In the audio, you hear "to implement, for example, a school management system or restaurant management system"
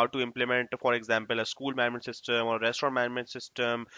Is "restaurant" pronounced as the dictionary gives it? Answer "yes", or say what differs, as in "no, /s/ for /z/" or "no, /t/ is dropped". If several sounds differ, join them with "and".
no, /n/ is dropped